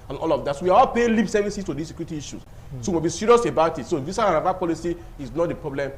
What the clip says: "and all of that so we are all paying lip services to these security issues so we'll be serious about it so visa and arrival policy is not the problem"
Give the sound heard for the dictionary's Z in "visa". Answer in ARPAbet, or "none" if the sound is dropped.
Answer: S